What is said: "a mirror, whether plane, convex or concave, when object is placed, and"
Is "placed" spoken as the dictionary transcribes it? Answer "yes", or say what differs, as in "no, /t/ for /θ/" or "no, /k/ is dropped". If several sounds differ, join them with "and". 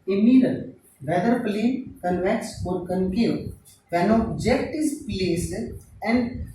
no, /t/ is dropped